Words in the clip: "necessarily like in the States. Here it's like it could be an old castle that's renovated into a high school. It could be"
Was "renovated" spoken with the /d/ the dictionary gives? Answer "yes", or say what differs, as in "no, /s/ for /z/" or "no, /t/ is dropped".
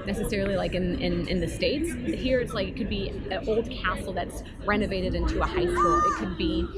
yes